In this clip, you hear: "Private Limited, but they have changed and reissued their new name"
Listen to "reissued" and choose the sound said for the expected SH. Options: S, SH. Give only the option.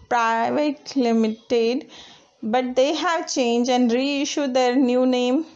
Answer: SH